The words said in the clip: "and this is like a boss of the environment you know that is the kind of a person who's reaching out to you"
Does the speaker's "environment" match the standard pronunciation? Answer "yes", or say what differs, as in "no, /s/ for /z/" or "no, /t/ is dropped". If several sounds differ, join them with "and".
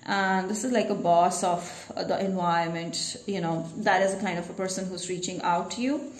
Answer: no, /ɹ/ is dropped